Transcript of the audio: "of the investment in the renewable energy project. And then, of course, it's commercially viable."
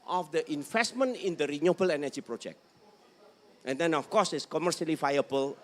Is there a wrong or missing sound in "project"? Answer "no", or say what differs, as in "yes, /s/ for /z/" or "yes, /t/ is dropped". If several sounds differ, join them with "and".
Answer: no